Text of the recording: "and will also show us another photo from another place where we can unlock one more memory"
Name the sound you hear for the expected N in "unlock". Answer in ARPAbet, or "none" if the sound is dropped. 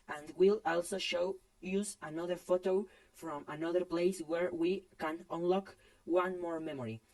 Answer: N